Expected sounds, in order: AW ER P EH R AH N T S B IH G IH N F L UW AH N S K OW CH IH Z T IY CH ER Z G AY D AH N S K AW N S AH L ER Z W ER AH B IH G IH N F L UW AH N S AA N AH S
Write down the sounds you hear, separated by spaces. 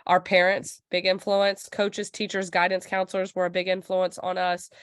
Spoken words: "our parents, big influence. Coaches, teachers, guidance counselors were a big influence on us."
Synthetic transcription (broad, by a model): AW ER P EH R AH N T S B IH G IH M F L UW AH N S K OW CH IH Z T IY CH ER Z G AY D N S K AW N S L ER Z W ER AH B IH G IH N F L UW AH N S N AH S